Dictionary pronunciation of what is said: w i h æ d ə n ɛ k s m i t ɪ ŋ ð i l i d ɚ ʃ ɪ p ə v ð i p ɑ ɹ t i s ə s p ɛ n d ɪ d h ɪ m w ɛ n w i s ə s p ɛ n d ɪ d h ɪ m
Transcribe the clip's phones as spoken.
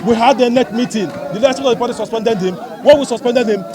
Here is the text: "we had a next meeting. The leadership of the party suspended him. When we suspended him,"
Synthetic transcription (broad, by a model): w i h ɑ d ə n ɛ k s m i t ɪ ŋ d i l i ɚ s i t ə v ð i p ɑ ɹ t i s ə s p ɛ n d ɪ d h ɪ m w ɛ n w i s ə s p ɛ n d ɪ d h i m